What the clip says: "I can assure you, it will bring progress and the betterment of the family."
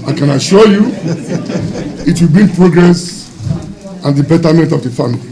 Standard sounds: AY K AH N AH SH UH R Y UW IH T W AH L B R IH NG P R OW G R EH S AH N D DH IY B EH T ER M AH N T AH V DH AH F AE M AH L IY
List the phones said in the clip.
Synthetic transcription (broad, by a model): AY K AH N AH SH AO Y UW IH T W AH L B IY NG P R OW G R EH S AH N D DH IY B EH T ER M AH N T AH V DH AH F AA M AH L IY